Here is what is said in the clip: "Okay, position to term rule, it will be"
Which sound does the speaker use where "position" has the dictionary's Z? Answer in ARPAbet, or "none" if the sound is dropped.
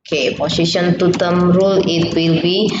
S